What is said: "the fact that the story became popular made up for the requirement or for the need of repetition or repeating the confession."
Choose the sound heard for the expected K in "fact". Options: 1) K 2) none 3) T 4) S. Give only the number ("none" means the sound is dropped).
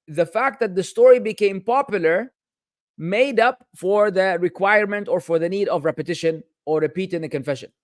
1